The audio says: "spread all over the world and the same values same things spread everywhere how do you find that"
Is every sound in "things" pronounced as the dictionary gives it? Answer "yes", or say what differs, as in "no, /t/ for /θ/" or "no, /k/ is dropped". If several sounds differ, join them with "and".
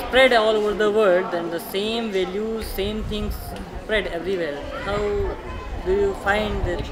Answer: no, /t/ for /θ/